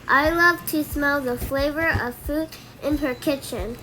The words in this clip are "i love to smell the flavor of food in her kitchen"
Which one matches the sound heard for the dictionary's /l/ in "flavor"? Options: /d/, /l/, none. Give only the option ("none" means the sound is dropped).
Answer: /l/